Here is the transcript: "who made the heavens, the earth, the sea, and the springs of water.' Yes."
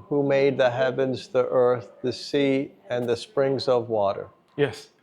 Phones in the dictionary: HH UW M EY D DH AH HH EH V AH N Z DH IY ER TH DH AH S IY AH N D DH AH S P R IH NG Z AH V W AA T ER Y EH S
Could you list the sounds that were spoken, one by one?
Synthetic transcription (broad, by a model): HH UW M EY D DH AH HH EH V AH N Z DH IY ER TH DH AH S IY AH N DH AH S P R IH NG Z AH V W AA T ER Y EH S